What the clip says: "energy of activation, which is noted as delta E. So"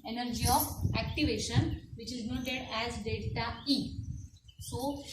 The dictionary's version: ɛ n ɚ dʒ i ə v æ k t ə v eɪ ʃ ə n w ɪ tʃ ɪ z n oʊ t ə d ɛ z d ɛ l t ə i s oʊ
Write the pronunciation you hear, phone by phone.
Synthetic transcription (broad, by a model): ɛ n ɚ dʒ i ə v æ k t ə v eɪ ʃ ə n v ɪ tʃ ɪ z n oʊ t ə d ɛ z d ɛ t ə i s oʊ